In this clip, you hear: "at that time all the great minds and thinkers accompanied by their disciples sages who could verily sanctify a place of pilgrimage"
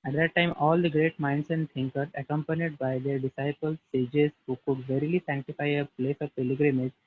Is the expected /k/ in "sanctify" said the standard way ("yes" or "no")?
yes